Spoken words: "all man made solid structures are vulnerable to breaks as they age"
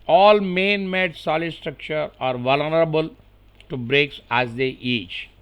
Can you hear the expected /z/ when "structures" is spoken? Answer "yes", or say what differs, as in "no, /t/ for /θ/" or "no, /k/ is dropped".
no, /z/ is dropped